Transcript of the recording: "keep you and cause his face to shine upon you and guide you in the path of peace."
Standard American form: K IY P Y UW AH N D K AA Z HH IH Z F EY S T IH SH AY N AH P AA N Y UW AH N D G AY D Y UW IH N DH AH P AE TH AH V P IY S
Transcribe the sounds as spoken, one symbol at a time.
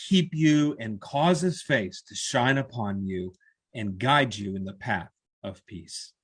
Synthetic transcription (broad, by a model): K IY P Y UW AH N K AA Z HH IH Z F EY S T IH SH AY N AH P AA N Y UW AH N G AY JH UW IH N DH AH P AE TH AH V P IY S